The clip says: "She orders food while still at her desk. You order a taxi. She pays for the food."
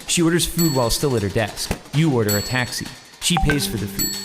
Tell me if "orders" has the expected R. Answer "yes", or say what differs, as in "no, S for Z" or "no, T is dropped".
yes